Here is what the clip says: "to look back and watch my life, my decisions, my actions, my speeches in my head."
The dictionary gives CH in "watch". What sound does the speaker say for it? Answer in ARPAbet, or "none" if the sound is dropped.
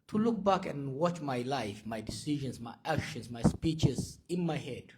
CH